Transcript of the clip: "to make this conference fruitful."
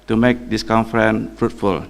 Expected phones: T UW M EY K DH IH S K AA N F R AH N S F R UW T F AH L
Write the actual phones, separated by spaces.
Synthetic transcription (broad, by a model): T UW M EY K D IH S K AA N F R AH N F R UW T F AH L